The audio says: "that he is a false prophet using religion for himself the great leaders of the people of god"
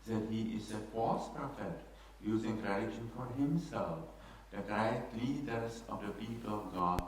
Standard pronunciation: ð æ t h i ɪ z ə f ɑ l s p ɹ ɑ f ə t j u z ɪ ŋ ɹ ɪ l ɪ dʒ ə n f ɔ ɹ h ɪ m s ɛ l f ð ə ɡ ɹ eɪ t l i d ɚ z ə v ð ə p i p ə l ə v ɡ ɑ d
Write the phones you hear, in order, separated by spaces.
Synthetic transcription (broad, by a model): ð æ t h i ɪ z ə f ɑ s p ɹ ɑ f ə t j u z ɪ ŋ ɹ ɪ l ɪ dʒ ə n f ɔ ɹ h ɪ m s ɛ l f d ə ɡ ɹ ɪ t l i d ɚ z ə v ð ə p i p ə l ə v ɡ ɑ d